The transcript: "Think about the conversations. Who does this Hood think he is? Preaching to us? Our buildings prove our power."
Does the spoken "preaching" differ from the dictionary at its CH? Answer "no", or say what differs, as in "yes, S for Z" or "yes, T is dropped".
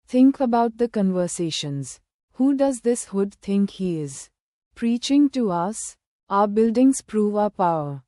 no